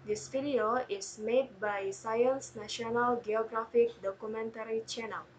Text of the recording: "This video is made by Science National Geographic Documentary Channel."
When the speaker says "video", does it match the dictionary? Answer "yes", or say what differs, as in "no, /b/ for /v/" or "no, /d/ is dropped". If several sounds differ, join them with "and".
no, /f/ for /v/